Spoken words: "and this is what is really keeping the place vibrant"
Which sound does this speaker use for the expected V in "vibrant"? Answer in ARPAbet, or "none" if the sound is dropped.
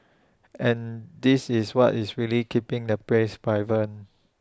B